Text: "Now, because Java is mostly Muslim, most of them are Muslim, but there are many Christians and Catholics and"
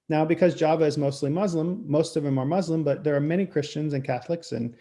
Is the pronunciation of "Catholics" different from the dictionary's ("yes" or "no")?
no